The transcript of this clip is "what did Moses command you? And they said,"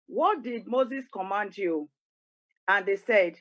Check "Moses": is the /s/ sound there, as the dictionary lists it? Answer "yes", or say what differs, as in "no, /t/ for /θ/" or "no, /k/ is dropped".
yes